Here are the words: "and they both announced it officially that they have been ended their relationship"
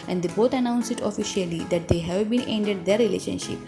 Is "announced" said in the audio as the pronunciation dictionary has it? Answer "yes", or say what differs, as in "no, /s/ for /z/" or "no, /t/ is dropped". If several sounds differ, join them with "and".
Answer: no, /t/ is dropped